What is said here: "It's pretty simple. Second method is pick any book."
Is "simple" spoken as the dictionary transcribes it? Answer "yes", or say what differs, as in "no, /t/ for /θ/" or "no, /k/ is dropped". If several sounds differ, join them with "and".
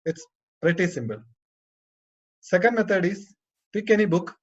no, /b/ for /p/